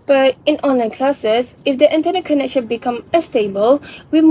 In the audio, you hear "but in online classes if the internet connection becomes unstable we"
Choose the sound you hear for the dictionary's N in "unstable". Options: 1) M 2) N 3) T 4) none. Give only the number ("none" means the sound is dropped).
4